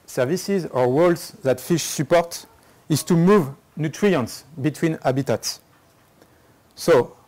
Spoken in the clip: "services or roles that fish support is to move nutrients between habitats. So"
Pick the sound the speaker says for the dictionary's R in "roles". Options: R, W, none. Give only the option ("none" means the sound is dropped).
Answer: W